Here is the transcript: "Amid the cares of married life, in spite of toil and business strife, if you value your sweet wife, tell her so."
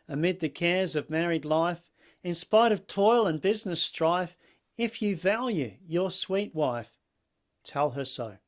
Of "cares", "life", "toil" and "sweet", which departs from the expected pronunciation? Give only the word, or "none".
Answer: none